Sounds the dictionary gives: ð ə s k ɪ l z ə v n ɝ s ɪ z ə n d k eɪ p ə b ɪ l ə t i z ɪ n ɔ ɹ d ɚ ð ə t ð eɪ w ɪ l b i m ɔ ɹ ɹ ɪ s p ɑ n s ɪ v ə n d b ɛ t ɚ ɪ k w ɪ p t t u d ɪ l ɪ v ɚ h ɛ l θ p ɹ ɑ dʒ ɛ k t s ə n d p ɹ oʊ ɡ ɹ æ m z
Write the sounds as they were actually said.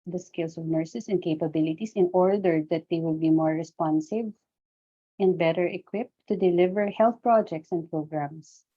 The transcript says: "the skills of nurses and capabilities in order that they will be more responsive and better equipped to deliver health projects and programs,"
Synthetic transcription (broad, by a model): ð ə s k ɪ l s ə v n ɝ s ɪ s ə n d k eɪ p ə b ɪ l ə t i s ɪ n ɔ ɹ d ɚ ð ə t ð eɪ w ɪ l b i m ɔ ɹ ɹ ɪ s p ɑ n s ɪ v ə n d b ɛ t ɚ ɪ k w ɪ p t t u d ɪ l ɪ v ɚ h ɛ l θ p ɹ ɑ dʒ ɛ k t s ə n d p ɹ oʊ ɡ ɹ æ m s